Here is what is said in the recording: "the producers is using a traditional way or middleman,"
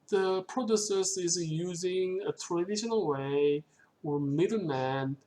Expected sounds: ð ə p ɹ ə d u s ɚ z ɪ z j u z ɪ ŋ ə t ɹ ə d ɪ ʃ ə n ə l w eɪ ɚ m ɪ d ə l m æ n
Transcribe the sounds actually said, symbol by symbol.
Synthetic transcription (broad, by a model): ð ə p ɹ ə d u s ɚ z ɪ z j u z ɪ ŋ ə t ɹ ə d ɪ ʃ ə n ə l w eɪ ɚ m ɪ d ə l m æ n